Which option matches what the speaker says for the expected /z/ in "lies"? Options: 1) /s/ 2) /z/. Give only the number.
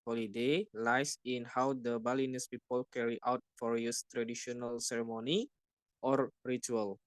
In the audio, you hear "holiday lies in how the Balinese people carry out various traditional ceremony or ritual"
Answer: 1